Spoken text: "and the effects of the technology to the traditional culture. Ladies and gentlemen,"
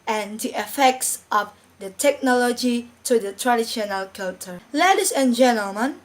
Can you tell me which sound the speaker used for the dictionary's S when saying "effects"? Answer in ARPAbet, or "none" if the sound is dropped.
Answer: S